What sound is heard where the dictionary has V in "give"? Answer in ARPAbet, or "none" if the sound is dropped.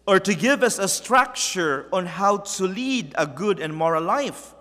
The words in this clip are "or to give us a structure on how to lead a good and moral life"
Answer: V